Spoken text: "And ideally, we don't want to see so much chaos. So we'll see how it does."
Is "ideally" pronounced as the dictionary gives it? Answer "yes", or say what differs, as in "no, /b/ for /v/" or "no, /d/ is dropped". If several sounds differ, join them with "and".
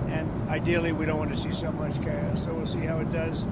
yes